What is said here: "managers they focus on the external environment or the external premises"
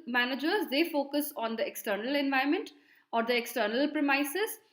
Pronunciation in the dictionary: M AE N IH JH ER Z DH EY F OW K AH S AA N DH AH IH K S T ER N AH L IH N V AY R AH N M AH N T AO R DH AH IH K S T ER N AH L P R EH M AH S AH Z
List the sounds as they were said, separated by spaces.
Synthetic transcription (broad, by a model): M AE N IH JH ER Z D EY F OW K AH S AA N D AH IH K S T ER N AH L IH N V AY AH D M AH N T AO R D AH IH K S T ER N AH L P R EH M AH S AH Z